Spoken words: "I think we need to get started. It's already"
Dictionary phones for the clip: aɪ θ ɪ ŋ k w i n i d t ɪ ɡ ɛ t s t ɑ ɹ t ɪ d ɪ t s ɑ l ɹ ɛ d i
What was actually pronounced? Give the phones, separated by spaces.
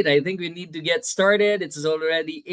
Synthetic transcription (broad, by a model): aɪ θ ɪ ŋ k w i n i d t ɪ ɡ ɛ t s t ɑ ɹ t ɪ d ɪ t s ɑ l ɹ ɛ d i